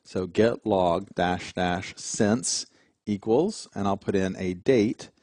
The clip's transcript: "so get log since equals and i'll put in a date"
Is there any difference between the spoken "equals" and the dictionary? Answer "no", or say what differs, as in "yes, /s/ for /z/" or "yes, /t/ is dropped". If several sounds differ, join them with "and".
no